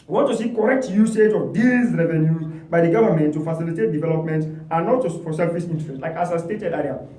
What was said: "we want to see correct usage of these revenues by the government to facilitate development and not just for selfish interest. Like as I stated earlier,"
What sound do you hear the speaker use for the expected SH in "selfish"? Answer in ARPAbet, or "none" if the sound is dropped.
S